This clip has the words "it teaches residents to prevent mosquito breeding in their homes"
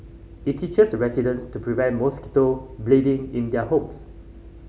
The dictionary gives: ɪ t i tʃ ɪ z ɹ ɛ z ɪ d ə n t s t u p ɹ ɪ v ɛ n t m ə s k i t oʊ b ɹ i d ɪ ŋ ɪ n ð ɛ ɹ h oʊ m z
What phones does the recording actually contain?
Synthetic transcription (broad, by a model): ɪ t i tʃ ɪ s ɹ ɛ s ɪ d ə n s t u p ɹ ɪ v ɛ n t m ə s k i t oʊ b l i d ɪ ŋ ɪ n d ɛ h oʊ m s